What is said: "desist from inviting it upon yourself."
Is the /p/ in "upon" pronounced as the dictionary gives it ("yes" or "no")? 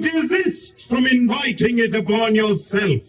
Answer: no